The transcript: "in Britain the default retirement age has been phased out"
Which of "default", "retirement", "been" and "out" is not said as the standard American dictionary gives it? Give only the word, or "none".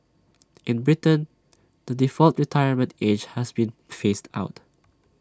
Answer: none